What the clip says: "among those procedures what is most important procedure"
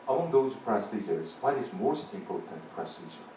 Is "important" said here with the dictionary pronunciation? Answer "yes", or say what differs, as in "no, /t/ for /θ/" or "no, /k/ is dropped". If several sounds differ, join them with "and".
no, /m/ is dropped